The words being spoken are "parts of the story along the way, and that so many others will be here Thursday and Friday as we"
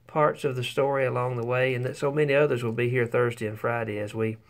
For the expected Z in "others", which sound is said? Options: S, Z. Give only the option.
Z